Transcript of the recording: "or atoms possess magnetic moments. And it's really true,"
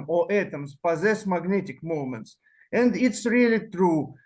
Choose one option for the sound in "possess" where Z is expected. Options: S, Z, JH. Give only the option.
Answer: Z